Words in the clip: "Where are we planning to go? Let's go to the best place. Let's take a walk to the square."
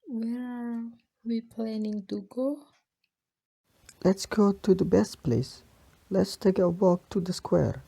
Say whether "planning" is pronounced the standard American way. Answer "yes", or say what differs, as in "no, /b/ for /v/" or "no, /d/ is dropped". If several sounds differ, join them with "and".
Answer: yes